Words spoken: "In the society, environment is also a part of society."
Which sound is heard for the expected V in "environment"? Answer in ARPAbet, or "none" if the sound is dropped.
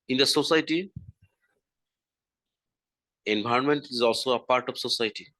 B